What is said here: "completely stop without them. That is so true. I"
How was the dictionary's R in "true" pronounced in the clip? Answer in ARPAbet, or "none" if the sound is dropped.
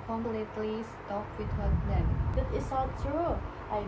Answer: R